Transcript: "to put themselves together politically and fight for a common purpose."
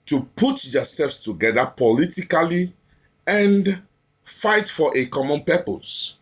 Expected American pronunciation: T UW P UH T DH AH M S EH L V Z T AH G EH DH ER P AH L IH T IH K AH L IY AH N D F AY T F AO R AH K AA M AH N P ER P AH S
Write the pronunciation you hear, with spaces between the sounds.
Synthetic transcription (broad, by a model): T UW P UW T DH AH S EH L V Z T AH G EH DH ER P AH L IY T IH K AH L IY AH N D F AY T F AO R AH K AA M AH N P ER P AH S